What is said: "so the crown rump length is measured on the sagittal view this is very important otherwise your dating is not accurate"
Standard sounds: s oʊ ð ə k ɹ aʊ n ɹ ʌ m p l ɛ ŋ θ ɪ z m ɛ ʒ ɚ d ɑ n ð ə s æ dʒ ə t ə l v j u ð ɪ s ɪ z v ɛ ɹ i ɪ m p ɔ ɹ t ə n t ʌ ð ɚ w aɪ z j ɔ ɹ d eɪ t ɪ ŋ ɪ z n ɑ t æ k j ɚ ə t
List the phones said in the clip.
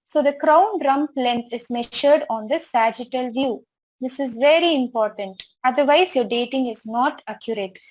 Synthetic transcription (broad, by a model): s oʊ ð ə k ɹ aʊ n ɹ ʌ m p l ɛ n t ɪ z m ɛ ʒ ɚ d ɑ n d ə s æ dʒ ə t ə l v j u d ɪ s ɪ z v ɛ ɹ i ɪ m p ɔ ɹ t ə n t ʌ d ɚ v aɪ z j ɔ ɹ d eɪ t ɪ ŋ ɪ z n ɑ t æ k j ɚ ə t